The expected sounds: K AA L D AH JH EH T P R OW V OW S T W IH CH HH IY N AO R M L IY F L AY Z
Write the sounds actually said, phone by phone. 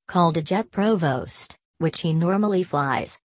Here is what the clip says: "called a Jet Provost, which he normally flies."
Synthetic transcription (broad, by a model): K AA L D AH JH EH T P R OW V OW S T W IH CH HH IY N AO R M L IY F L AY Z